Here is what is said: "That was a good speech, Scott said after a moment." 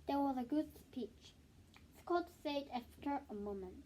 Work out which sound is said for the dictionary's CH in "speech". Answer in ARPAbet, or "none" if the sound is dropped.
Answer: CH